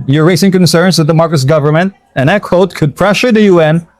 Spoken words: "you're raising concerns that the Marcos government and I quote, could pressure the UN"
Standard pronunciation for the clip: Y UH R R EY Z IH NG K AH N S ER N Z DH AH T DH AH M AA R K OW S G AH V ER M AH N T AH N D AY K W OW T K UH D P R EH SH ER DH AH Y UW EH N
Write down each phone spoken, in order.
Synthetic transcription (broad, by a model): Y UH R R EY S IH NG K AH N S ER N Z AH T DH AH M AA R K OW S G AH V ER M AH N T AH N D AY K W OW T K UH D P R EH SH ER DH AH Y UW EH N